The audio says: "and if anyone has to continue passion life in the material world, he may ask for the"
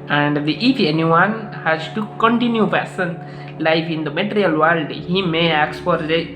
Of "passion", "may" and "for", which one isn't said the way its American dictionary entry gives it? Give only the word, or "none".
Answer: passion